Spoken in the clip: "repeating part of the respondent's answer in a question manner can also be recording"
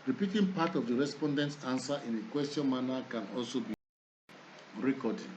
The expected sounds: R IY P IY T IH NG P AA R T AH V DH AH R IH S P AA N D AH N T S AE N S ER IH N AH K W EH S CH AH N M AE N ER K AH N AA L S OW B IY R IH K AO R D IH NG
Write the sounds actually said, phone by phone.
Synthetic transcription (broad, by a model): R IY P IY T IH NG P AA T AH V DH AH R IH S P AA N D AH N T S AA N S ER IH N AH K W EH S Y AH N M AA N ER K AH N AA L S OW B IY R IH K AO D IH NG